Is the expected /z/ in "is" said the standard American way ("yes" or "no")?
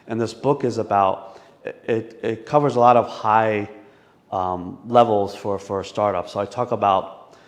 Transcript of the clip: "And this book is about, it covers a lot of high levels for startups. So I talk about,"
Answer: yes